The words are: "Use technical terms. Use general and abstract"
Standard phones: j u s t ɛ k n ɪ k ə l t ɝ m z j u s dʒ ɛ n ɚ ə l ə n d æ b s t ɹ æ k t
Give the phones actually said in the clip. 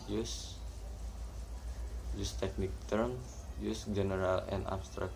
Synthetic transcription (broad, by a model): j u s t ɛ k n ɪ k t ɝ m j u s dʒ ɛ n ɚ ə l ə n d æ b s t ɹ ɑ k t